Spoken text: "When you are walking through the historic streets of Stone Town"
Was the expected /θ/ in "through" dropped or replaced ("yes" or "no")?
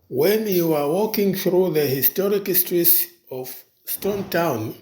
no